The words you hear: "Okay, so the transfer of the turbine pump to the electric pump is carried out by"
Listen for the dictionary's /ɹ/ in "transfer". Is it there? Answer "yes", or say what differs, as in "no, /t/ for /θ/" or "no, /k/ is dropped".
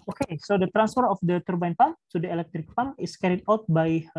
yes